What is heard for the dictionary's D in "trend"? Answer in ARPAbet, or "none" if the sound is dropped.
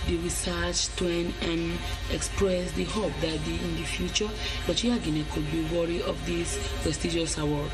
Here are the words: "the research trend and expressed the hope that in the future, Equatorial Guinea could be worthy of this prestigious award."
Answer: none